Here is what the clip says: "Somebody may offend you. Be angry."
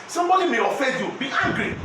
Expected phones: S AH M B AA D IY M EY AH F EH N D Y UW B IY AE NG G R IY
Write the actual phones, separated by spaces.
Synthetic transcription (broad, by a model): S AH M B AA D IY M EY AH F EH D Y UW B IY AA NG G R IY